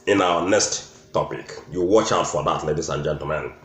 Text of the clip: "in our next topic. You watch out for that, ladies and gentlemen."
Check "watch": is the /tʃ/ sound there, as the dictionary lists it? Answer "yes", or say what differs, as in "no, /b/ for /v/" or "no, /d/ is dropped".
yes